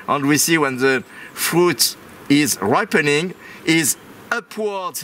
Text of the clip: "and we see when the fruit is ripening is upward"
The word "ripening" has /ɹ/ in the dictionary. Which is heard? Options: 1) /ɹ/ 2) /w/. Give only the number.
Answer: 1